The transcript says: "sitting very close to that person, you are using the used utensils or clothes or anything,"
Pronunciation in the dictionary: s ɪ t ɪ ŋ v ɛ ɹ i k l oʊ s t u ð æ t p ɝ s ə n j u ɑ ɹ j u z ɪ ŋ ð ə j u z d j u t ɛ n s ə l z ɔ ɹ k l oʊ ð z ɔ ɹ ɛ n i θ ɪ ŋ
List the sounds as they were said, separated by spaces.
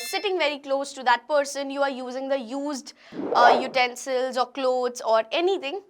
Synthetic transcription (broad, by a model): s ɪ t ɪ ŋ v ɛ ɹ i k l oʊ s t u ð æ t p ɝ s ə n j u ɑ ɹ j u z ɪ ŋ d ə j u z d j u t ɛ n s ə l z ɔ ɹ k l oʊ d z ɔ ɹ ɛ n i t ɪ ŋ